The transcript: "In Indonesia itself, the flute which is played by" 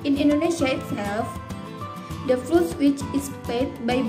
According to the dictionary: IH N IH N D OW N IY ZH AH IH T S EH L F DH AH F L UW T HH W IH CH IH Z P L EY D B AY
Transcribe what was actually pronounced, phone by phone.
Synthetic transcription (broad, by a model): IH N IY N D OW N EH SH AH IH T S EH L F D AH F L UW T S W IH CH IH S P EY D B AY